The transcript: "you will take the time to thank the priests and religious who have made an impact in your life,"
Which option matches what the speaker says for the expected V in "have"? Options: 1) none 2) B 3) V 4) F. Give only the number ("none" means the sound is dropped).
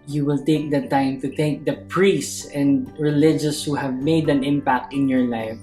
3